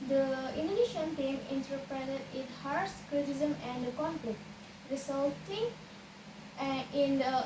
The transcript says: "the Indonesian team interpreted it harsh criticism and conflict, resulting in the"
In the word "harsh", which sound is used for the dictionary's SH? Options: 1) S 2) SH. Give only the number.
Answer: 1